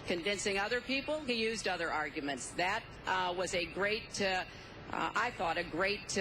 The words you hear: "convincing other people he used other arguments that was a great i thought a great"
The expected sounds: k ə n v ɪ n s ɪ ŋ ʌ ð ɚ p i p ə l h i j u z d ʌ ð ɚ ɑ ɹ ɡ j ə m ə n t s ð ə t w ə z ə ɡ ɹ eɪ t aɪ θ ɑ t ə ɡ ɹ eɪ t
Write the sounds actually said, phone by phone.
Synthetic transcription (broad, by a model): k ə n v ɪ n s ɪ ŋ ʌ ð ɚ p i p l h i j u z d ʌ ð ɚ ɑ ɹ ɡ j ə m ə n t s ð ə t w ə z ə ɡ ɹ eɪ t aɪ θ ɑ t ə ɡ ɹ eɪ t